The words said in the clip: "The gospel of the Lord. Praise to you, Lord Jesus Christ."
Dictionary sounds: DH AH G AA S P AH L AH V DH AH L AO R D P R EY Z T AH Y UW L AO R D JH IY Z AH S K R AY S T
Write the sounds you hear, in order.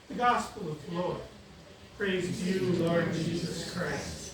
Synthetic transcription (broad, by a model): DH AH G AA S P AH L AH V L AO R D P R EY Z Y UW L AO R D JH IY Z AH S K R AY S T